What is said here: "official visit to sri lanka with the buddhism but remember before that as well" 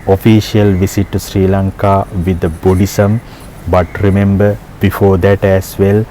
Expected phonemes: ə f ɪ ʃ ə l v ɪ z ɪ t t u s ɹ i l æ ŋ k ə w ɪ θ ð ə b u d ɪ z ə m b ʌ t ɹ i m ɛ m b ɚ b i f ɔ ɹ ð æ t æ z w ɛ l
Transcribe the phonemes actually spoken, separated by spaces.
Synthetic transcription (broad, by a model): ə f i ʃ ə l v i s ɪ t t u s ɹ i l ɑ ŋ k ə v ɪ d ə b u d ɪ s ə m b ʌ t ɹ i m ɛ m b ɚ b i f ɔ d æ t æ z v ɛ l